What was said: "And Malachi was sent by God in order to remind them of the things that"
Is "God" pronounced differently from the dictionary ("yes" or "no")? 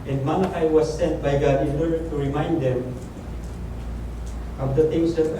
no